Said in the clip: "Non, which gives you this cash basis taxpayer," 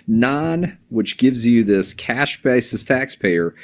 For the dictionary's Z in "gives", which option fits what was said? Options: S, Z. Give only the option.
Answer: Z